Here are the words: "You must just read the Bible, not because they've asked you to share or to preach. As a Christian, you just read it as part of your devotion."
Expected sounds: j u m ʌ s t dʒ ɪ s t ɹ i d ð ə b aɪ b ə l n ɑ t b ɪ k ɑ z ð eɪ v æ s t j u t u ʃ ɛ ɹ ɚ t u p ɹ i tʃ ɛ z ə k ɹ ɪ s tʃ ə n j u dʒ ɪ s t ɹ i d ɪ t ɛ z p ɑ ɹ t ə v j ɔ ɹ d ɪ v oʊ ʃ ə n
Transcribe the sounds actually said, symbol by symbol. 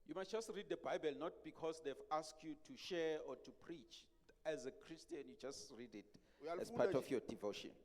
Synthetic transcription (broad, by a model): j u m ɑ s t dʒ ɪ s t ɹ i d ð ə b aɪ b ə l n ɑ t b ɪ k ɑ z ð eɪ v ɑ s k j u t u ʃ ɛ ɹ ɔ t u p ɹ i tʃ ɛ z ə k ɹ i s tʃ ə n j u dʒ ɪ s t ɹ i d ɪ t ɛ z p ɑ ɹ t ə f j ɔ d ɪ v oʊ ʃ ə n